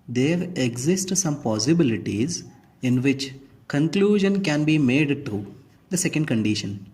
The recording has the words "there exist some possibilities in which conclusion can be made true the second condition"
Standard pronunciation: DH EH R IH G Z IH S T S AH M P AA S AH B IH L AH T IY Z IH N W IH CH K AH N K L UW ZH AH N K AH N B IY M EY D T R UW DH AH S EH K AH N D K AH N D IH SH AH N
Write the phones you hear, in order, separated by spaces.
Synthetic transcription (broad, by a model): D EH R IH G Z IH S T S AH M P AA S AH B IH L AH T IY Z IH N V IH CH K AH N K L UW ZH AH N K AH N B IY M EY D T UW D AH S EH K AH N D K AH N D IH SH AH N